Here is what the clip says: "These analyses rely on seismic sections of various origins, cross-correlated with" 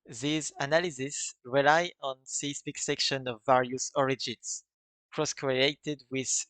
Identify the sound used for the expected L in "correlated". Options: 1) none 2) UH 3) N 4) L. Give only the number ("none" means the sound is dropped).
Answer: 1